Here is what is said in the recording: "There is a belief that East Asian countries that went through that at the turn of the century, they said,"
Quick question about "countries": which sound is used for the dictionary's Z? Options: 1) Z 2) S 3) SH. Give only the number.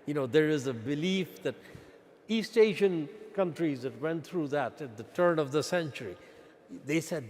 1